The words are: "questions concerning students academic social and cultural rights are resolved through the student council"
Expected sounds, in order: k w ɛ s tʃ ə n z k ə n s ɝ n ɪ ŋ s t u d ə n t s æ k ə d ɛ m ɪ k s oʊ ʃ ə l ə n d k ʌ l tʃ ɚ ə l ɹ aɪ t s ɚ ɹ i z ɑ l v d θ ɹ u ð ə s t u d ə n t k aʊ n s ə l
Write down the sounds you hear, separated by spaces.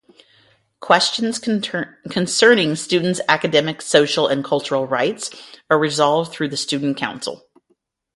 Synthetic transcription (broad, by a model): k w ɛ s tʃ ə n z k ə n s ɝ n ɪ ŋ s t u d n t s æ k ə d ɛ m ɪ k s oʊ ʃ l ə n k ʌ l tʃ ɚ l ɹ aɪ t s ɚ ɹ i z ɑ l v d θ ɹ u ð ə s t u d n k aʊ n s l